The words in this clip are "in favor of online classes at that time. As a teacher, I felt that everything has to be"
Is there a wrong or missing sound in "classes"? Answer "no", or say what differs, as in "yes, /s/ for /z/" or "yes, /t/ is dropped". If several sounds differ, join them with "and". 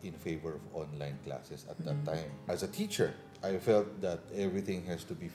yes, /s/ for /z/